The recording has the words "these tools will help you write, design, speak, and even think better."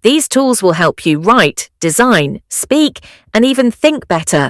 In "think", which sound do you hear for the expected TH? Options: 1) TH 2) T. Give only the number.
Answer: 1